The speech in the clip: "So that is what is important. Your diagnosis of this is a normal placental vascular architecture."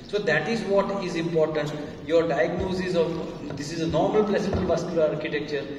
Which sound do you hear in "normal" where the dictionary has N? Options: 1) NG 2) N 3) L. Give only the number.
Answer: 2